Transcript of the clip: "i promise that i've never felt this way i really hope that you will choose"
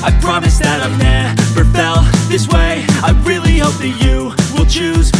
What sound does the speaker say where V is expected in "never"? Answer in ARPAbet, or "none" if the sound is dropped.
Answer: P